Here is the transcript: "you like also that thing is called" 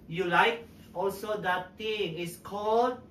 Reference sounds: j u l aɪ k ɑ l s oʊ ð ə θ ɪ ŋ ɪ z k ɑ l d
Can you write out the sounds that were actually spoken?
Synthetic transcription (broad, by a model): j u l aɪ k ɑ l s oʊ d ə t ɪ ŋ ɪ s k ɑ l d